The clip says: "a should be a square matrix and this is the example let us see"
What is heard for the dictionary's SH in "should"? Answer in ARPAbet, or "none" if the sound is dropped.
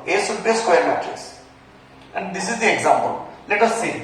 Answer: S